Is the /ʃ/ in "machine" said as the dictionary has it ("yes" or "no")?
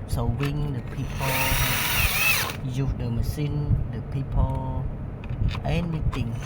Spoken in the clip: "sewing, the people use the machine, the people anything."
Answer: no